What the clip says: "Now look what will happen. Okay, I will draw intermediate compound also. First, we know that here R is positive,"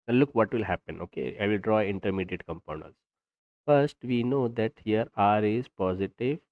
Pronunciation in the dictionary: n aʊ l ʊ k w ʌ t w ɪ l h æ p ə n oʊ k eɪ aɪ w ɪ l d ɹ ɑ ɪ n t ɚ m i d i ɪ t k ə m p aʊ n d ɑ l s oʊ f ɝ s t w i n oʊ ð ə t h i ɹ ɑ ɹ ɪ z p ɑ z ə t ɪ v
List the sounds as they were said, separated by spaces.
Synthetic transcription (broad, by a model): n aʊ l ʊ k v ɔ t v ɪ l h æ p ə n oʊ k eɪ aɪ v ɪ l d ɹ ɑ ɪ n t ɚ m i d i ɪ t k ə m p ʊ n ʌ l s f ɝ s t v i n oʊ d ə t h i ɹ ɑ ɹ ɪ z p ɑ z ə t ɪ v